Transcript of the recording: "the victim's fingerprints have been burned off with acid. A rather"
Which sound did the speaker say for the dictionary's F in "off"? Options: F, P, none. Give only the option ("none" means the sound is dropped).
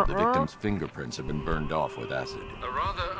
F